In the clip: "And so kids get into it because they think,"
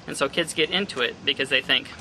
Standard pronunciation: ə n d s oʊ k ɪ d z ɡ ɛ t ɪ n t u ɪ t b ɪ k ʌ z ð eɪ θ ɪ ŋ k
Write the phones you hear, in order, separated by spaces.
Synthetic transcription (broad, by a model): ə n s oʊ k ɪ d z ɡ ɛ t ɪ n t u ɪ t b ɪ k ʌ z ð eɪ θ ɪ ŋ k